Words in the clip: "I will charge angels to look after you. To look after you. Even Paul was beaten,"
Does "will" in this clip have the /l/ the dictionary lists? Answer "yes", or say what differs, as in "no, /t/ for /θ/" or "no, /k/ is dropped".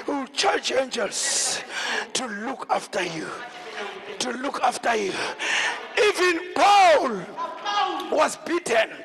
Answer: no, /w/ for /l/